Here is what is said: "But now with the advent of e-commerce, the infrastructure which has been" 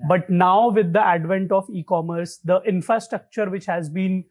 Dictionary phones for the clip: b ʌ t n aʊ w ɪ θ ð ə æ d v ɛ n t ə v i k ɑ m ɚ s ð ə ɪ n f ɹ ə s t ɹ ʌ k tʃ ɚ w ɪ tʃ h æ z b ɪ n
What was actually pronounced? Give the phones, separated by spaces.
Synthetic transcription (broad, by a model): b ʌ t n aʊ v ɪ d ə æ d v ɛ n t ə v i k ɑ m ɚ s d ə ɪ n f ɹ ə s t ɹ ʌ k tʃ ɚ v ɪ tʃ h æ z b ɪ n